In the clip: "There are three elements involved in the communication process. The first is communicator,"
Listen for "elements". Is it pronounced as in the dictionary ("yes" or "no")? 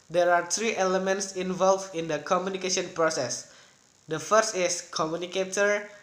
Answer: yes